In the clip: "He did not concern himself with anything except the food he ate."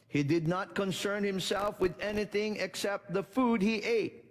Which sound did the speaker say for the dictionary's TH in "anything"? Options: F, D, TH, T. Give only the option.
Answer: TH